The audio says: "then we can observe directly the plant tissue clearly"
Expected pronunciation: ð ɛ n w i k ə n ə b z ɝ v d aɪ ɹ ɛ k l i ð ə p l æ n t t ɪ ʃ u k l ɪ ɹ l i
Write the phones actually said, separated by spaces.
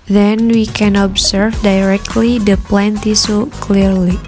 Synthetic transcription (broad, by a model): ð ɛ n w i k ə n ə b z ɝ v d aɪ ɹ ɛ k l i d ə p l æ n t t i s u k l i ɹ l i